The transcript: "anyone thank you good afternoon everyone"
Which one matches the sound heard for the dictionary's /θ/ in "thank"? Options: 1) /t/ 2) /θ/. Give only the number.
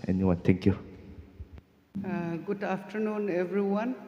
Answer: 1